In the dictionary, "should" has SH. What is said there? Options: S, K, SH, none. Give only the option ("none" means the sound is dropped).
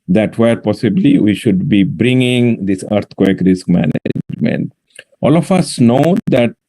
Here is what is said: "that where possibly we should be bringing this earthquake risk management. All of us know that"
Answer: SH